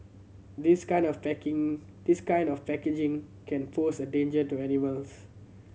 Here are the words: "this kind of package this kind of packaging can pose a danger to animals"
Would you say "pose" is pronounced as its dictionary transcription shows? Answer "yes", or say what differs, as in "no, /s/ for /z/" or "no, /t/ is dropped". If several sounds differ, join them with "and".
no, /f/ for /p/ and /s/ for /z/